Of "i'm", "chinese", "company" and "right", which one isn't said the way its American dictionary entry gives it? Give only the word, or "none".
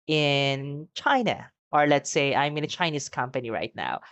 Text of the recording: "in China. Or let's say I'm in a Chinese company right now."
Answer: chinese